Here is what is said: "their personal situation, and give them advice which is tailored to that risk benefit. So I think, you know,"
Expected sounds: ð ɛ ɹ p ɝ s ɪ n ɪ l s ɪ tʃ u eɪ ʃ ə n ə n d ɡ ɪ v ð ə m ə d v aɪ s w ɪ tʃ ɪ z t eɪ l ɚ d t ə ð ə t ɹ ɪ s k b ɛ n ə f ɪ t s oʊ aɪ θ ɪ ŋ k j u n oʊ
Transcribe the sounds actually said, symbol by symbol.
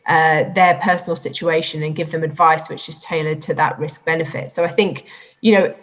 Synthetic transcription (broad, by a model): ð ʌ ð p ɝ s n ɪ l s ɪ tʃ u eɪ ʃ ə n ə n ɡ ɪ v ð ə m ə d v aɪ s w ɪ tʃ ɪ z t eɪ l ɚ d t ə ð ə t ɹ ɪ s k b ɛ n ə f ɪ t s oʊ aɪ θ ɪ ŋ k j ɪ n oʊ